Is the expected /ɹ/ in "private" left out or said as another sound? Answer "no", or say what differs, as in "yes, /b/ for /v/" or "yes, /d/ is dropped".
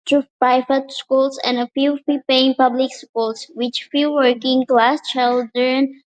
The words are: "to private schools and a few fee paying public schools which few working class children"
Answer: yes, /ɹ/ is dropped